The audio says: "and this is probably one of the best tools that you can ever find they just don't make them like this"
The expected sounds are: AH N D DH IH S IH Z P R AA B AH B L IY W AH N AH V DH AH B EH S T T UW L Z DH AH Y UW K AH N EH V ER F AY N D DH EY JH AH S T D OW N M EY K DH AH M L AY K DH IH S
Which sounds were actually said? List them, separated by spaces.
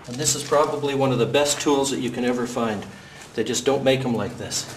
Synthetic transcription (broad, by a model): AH N DH IH S IH Z P R AA B AH B L IY W AH N AH V DH AH B EH S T T UW L Z DH AH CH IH K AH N EH V ER F AY N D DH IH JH AH S D OW N M EY K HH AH M L AY K DH IH S